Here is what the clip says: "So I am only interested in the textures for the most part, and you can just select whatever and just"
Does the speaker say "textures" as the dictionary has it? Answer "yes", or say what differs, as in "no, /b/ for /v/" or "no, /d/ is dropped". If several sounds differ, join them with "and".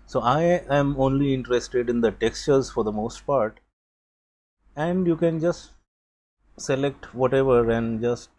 yes